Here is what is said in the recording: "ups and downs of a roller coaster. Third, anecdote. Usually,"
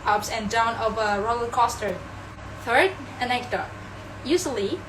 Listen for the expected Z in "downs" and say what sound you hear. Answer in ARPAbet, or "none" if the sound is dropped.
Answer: none